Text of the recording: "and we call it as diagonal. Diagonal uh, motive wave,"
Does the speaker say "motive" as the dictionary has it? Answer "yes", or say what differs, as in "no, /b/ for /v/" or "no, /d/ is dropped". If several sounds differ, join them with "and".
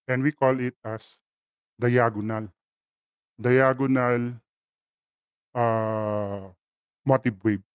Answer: no, /b/ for /v/